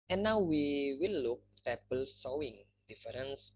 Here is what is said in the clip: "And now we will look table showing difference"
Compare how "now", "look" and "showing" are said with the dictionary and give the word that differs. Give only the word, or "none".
showing